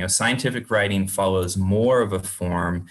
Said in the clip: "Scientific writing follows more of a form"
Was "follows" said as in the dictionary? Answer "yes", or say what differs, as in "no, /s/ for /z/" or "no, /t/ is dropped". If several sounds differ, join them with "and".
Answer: yes